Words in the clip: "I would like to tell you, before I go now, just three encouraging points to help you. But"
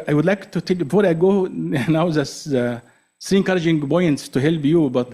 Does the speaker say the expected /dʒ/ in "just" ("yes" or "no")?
no